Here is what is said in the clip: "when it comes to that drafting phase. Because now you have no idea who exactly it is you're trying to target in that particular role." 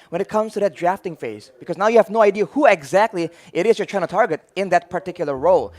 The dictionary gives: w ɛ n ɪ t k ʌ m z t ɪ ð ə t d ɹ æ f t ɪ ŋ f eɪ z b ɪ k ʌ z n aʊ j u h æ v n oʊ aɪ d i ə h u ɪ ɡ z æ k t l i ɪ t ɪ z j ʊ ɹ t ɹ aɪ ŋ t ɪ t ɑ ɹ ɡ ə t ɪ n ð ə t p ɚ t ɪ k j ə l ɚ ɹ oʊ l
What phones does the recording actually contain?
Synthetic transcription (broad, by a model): w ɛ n ɪ t k ʌ m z t ɪ ð ə t d ɹ æ f t ɪ ŋ f eɪ z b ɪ k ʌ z n aʊ j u h æ v n oʊ aɪ d i ə h u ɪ ɡ z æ k t l i ɪ t ɪ z j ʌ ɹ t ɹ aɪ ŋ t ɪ t ɑ ɹ ɡ ə t ɪ n ð ə t p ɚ t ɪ k j l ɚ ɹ oʊ l